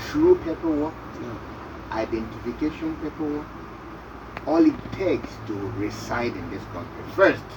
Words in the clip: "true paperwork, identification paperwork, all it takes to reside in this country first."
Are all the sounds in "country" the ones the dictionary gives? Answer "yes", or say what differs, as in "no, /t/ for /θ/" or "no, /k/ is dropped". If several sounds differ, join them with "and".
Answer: no, /ɹ/ is dropped